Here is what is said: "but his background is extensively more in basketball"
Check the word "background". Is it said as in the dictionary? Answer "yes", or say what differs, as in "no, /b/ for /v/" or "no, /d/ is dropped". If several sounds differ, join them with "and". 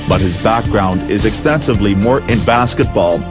yes